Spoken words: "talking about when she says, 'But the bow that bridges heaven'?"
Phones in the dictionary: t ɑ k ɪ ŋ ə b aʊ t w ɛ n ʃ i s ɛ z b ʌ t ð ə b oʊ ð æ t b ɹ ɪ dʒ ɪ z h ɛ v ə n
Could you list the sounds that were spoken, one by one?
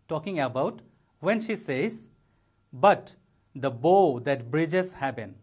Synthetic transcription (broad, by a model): t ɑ k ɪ ŋ ə b aʊ t w ɛ n ʃ i s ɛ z b ʌ t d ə b oʊ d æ t b ɹ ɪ dʒ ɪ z h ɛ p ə n